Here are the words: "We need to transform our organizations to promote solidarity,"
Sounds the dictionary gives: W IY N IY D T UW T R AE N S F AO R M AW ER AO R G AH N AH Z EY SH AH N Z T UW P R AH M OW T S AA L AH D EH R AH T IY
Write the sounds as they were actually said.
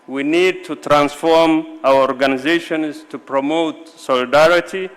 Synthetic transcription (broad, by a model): W IY N IY D T UW T R AE N S F AO R M AW ER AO R G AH N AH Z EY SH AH N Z T UW P R AH M OW T S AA L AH D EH R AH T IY